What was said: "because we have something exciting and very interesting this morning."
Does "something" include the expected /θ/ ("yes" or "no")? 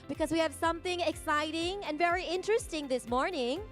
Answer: yes